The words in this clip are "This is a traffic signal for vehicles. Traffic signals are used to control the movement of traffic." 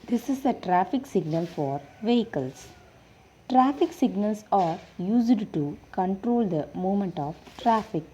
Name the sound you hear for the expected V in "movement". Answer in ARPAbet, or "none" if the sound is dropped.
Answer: none